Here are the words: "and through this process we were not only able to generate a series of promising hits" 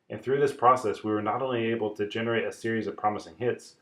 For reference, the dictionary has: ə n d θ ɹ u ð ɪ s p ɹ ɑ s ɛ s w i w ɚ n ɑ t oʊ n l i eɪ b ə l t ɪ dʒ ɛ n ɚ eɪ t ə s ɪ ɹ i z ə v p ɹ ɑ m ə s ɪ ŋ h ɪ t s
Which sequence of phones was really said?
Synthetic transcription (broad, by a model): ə n θ ɹ u ð ɪ s p ɹ ɑ s ɛ s w i w ɚ n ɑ t oʊ n l i eɪ b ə l t ɪ dʒ ɛ n ɚ eɪ t ə s ɪ ɹ i z ə v p ɹ ɑ m ə s ɪ ŋ h ɪ t s